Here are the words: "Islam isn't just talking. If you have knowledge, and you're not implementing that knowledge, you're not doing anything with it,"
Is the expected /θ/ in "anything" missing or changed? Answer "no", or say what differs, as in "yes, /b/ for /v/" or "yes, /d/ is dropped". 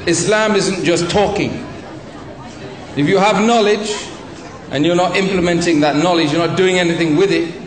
no